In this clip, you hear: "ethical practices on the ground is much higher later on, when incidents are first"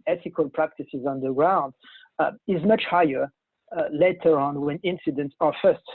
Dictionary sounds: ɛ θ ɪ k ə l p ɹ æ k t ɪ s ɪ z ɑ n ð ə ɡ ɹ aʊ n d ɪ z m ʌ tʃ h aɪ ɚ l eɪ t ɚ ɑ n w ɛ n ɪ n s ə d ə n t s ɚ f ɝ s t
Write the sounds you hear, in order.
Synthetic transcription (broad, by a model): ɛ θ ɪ k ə l p ɹ æ k t ɪ s ɪ z ɑ n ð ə ɡ ɹ aʊ n d ɪ z m ʌ tʃ h aɪ ɚ l eɪ t ɚ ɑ n w ɛ n ɪ n s ə d ə n t s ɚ f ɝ s t